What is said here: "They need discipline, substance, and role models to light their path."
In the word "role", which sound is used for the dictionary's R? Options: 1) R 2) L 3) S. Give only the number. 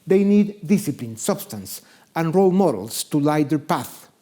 1